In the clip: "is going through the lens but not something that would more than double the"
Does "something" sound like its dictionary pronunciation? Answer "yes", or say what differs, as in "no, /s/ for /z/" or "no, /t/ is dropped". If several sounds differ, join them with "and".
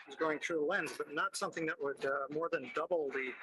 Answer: yes